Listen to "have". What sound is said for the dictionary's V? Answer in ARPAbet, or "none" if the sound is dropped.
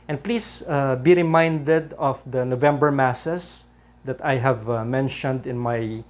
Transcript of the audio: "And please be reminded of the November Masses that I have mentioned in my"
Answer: V